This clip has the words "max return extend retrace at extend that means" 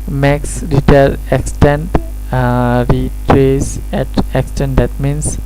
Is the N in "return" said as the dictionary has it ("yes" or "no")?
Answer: no